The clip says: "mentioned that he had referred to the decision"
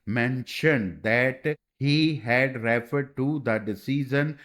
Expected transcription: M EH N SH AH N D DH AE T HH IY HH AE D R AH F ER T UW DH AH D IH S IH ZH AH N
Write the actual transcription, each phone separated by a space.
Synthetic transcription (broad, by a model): M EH N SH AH N D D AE T HH IY HH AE D R AH F ER T UW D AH D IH S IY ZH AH N